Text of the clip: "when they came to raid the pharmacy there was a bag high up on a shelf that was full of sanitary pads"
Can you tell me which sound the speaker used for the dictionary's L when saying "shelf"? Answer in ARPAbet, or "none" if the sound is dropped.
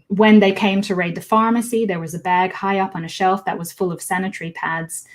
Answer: L